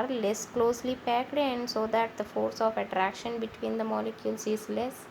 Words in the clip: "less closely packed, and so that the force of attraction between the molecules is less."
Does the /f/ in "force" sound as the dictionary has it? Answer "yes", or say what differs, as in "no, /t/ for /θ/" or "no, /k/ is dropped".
yes